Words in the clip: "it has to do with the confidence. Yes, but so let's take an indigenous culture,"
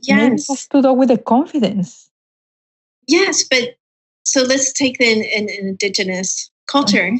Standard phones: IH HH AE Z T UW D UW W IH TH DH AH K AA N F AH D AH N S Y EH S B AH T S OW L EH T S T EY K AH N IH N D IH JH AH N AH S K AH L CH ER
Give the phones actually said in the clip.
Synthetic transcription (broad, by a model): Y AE S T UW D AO W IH DH AH K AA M F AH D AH N S Y EH S B AH T S OW L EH T S T EY K AH N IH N D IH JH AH N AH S K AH L CH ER